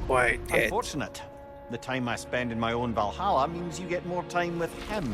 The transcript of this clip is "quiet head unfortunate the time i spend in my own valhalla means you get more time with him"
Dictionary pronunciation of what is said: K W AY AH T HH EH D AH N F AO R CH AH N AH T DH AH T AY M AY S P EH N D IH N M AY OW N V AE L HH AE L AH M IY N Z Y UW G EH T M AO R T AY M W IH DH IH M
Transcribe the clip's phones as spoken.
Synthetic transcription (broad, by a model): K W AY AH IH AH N F AO R CH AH N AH T DH AH T AY M AY S P EH N D IH N M AY OW N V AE L HH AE L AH M IY N Z Y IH G EH T M AO R T AY M W IH DH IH M